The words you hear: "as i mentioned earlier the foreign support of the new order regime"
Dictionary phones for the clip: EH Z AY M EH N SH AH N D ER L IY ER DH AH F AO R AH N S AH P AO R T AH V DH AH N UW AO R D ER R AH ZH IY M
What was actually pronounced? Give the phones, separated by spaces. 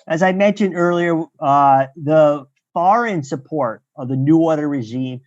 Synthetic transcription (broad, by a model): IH Z AY M EH N SH AH N D ER L IY ER DH AH F AO R AH N S AH P AO R T AH V DH AH N UW AO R D ER R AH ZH IY M